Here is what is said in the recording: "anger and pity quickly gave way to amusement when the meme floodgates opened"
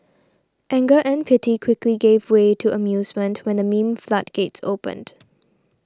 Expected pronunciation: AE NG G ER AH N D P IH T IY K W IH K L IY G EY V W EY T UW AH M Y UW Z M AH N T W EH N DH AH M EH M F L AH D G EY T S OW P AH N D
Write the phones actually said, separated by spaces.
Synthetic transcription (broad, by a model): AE NG G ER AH N P IH T IY K W IH K L IY G EY V W EY T UW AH M Y UW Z M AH N T W EH N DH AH M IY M F L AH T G EY T S OW P AH N D